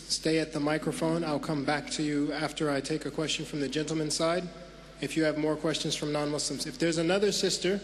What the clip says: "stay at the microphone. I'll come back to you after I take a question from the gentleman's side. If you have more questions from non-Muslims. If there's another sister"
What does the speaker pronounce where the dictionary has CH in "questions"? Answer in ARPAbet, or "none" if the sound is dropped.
CH